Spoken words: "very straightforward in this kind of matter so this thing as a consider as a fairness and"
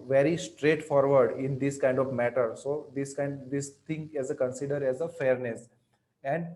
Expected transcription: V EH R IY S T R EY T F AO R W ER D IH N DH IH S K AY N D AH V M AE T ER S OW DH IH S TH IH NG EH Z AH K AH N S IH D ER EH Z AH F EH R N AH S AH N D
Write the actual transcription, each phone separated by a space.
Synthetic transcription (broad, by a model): V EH R IY S T R EY T F AO R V ER D IH N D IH S K AY N D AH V M AE T ER S OW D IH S T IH NG EH Z AH K AH N S IH D ER EH Z AH F EH R N AH S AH N D